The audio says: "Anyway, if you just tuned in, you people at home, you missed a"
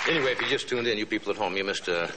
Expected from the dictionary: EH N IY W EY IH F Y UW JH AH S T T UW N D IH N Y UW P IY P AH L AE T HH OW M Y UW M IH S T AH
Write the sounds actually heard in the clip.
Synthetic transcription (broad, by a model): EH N IY W EY IH F Y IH JH AH S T T UW N D IH N Y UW P IY P L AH T HH OW M Y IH M IH S T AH